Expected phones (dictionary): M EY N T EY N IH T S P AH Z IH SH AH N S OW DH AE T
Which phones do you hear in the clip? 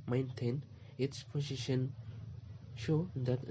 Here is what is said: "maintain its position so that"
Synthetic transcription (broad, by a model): M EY N T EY N IH T S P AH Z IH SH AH N SH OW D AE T